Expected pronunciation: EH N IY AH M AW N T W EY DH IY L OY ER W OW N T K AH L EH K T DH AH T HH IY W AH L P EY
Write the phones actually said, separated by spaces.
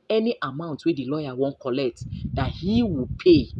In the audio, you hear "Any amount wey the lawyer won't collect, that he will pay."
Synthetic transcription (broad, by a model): EH N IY AH M AW N T W EY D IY L OY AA W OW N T K AH L EH K T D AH T HH IY W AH P EY